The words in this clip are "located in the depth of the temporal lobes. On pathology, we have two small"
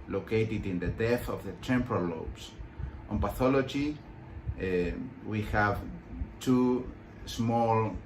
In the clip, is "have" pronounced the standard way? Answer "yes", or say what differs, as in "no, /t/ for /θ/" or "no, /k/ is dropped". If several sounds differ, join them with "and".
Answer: yes